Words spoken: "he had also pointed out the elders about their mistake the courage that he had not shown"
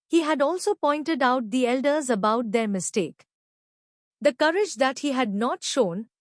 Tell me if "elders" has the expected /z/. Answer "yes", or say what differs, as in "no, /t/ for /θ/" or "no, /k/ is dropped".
yes